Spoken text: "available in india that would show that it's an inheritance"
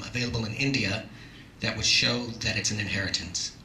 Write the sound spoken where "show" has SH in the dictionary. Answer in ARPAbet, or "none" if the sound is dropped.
SH